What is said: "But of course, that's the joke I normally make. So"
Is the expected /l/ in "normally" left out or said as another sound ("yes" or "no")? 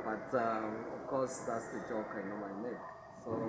yes